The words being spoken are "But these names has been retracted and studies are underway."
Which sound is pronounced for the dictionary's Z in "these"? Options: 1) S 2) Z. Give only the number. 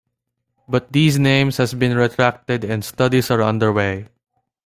1